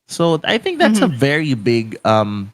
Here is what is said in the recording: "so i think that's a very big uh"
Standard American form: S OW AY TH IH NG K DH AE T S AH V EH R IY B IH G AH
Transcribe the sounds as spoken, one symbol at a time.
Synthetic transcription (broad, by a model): S OW AY TH IH NG K DH AE T S AH V EH R IY B IH G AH